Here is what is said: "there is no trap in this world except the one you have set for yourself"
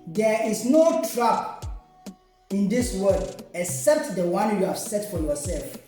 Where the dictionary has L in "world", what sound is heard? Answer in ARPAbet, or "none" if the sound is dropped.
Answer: none